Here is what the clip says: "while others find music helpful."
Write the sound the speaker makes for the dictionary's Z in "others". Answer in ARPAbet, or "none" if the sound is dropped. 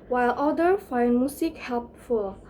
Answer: none